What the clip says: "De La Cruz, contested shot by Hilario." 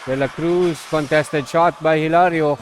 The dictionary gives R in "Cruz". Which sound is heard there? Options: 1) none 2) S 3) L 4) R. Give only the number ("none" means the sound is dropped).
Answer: 4